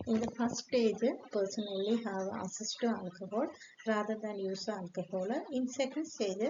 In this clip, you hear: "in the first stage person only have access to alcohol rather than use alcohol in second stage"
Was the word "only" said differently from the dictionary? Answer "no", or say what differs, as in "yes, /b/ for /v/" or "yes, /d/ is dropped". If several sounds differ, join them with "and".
yes, /n/ is dropped